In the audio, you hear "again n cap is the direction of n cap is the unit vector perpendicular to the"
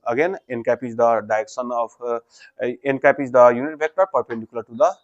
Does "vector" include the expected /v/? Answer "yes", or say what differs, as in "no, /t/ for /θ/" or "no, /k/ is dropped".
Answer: no, /b/ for /v/